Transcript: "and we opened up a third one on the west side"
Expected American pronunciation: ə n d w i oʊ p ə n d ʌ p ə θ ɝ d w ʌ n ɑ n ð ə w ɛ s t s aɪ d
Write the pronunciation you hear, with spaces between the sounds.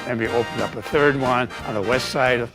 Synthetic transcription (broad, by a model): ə n w i oʊ p ə n d ʌ p ə θ ɝ d w ʌ n n ð ə w ɛ s t s aɪ d